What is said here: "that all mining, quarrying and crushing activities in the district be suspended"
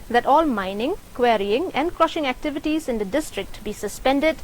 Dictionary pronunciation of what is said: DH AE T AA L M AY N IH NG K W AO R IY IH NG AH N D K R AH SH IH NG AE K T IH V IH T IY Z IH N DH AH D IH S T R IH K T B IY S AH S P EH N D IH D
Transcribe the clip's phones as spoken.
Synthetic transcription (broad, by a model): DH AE T AA L M AY N IH NG K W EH R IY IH NG AH N D K R AH SH IH NG AE K T IH V IH T IY Z IH N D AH D IH S T R IH K T B IY S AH S P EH N D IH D